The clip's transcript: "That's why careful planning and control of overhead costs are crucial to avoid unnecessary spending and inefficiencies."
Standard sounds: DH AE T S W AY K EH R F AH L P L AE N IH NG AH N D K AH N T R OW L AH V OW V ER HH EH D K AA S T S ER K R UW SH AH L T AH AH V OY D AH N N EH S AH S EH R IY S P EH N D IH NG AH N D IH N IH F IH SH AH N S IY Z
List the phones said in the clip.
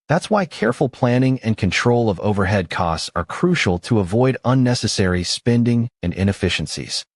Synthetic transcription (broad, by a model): DH AE T S W AY K EH R F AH L P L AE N IH NG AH N K AH N T R OW L AH V OW V ER HH EH D K AA S T S ER K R UW SH L T AH AH V OY D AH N N EH S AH S EH R IY S P EH N D IH NG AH N IH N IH F IH SH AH N S IY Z